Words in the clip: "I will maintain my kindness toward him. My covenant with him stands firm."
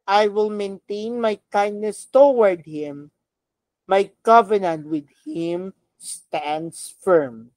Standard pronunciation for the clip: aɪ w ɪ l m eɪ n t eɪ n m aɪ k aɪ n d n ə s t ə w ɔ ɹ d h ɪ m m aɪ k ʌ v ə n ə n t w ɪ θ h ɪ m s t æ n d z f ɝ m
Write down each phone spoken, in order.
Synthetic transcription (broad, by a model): aɪ w ɪ l m eɪ n t eɪ n m aɪ k aɪ n d n ə s t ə w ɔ ɹ d h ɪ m m aɪ k ʌ v ə n ə n t w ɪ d h ɪ m s t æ n d s f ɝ m